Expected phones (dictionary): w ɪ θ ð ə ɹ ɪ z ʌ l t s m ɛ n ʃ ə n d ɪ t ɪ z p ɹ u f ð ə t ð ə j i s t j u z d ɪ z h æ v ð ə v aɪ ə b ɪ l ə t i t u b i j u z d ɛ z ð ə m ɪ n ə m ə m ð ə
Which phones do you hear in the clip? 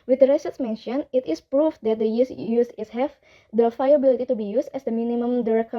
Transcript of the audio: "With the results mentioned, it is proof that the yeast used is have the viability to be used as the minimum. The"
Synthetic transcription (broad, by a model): w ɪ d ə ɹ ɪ s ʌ t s m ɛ n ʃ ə n ɪ t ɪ s p ɹ u f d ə t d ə j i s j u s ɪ s h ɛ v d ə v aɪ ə b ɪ l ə t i t u b i j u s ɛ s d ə m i n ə m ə m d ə